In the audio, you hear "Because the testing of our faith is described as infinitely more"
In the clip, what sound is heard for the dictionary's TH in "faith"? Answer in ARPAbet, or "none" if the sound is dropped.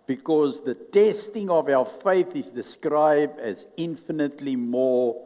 TH